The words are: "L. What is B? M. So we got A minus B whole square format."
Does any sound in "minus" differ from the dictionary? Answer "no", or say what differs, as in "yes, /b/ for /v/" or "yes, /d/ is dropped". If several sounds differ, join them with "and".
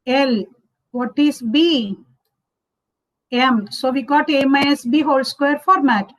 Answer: yes, /n/ is dropped